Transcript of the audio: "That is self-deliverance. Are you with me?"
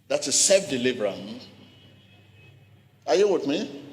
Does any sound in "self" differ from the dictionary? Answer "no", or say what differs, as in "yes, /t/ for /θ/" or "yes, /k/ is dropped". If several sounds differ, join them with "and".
yes, /l/ is dropped